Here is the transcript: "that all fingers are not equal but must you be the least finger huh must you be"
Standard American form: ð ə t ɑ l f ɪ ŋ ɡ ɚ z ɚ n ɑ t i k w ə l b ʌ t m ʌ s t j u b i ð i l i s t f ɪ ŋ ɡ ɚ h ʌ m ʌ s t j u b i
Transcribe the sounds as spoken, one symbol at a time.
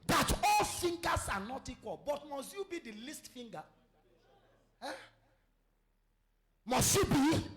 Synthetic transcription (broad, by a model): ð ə t ɑ l f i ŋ ɡ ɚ s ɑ n ɑ t i k w ə l b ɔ t m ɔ s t j u b i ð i l i s t f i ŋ ɡ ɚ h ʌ m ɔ s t j u b i